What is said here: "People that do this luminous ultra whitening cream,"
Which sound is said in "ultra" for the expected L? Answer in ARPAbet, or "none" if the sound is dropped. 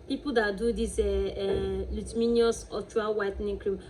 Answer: none